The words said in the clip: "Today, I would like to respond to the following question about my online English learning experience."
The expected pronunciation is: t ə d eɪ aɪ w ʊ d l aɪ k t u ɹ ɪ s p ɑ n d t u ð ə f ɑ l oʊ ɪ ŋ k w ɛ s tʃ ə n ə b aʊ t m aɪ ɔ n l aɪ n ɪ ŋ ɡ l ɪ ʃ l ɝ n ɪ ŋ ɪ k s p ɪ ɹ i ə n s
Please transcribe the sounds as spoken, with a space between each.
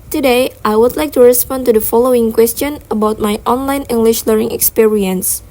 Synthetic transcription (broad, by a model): t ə d eɪ aɪ w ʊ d l aɪ k t u ɹ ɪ s p ɑ n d t u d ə f ɑ l oʊ ɪ ŋ k w ɛ s tʃ ə n ə b aʊ t m aɪ ɔ n l aɪ n ɪ ŋ ɡ l ɪ ʃ l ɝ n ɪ ŋ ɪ k s p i ɹ i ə n s